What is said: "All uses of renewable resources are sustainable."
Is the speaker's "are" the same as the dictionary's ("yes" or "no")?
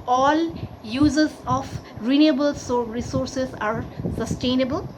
yes